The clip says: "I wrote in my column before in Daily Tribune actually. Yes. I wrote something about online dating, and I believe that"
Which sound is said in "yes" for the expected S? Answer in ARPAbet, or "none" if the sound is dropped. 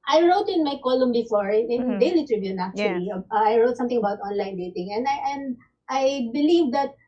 none